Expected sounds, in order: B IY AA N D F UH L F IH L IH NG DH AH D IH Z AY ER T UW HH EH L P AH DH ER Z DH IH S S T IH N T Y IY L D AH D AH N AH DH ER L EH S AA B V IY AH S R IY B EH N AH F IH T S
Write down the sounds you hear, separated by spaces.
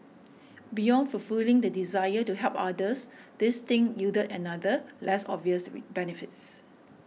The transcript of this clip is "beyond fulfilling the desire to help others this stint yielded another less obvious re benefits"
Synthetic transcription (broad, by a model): B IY AA N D F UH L F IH L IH NG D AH D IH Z AY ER T UW HH EH L P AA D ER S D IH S S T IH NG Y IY D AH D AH N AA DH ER L EH S AA B V IY AH S W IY B EH N AH F IH T S